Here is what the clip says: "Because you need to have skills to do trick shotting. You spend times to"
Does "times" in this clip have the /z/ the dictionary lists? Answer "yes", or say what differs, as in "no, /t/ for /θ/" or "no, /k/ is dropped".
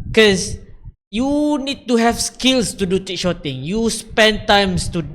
no, /s/ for /z/